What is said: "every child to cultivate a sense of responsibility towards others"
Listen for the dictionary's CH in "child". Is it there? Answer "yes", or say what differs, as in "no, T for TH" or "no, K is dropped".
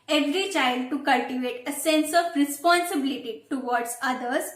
yes